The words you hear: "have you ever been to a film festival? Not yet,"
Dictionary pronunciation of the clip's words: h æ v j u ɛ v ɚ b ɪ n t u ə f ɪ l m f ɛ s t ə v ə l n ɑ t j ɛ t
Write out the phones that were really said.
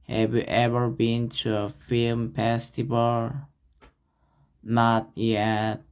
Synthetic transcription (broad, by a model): h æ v j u ɛ v ɚ b ɪ n t u ə f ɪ l m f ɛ s t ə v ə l n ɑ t j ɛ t